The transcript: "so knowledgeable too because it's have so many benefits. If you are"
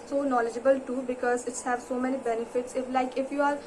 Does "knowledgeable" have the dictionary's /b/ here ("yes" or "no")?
yes